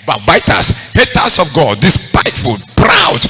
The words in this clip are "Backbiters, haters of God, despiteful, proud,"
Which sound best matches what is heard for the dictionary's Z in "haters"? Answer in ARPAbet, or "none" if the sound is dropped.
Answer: S